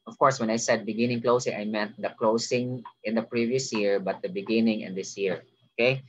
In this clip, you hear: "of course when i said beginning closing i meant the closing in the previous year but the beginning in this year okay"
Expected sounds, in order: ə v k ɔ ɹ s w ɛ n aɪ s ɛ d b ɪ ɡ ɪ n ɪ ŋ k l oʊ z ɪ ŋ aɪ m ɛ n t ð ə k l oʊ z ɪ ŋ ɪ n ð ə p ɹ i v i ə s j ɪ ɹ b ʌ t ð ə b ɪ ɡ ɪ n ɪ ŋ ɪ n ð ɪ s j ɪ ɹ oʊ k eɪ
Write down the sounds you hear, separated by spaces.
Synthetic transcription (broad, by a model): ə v k ɔ ɹ s w ɛ n aɪ s ɛ d b ɪ ɡ ɪ n ɪ ŋ k l oʊ s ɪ ŋ aɪ m ɛ t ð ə k l oʊ s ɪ ŋ ɪ n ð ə p ɹ i v i ə s j ɪ ɹ b ʌ t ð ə b ɪ ɡ ɪ n ɪ ŋ ɪ n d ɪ s j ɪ ɹ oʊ k eɪ